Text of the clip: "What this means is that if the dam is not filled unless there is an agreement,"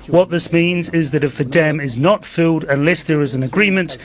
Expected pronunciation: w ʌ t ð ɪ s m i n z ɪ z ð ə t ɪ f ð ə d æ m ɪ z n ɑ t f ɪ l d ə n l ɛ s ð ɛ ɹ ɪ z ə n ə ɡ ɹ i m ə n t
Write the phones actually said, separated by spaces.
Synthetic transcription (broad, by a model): w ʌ t ð ɪ s m i n z ɪ z ð ə t ɪ f ð ə d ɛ m ɪ z n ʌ t f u d ə n l ɛ s ð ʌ ɹ ɪ z ə n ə ɡ ɹ i m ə n t